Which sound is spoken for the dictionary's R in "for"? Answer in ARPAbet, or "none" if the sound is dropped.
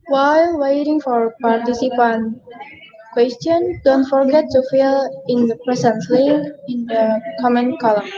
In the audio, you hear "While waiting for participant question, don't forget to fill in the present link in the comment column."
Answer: R